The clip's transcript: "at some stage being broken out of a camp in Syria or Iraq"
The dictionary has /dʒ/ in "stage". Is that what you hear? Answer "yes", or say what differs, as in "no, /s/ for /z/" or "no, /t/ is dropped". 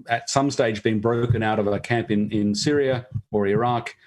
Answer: yes